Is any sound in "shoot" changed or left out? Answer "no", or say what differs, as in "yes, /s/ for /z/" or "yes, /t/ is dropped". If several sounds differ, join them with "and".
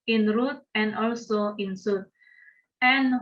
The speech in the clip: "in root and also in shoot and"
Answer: yes, /s/ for /ʃ/